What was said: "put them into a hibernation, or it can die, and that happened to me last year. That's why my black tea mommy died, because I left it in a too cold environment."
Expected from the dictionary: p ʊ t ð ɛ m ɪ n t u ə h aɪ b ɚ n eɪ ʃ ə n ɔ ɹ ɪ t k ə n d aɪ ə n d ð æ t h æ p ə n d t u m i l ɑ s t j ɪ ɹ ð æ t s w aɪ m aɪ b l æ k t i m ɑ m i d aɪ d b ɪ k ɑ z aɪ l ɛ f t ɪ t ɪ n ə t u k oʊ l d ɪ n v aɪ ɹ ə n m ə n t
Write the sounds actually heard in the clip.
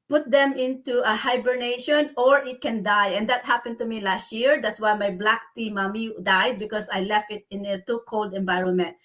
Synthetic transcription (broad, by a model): p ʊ t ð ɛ m ɪ n t u ə h aɪ b ɚ n eɪ ʃ ə n ɔ ɹ ɪ t k ə n d aɪ ə n d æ t h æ p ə n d t u m i l ɑ s t j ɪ ɹ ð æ t s w aɪ m aɪ b l æ k t i m ɑ m i d aɪ d b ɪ k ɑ s aɪ l ɛ f t ɪ t ɪ n ə t u k oʊ l d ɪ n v aɪ ɹ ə n m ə n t